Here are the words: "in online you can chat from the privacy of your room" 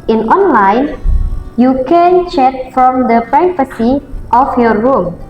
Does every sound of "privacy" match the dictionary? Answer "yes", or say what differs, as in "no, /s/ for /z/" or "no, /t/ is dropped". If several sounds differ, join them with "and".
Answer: no, /f/ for /v/